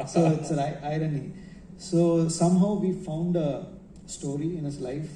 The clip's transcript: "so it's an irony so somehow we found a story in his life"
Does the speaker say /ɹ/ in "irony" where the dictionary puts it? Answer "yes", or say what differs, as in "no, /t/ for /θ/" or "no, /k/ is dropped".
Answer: yes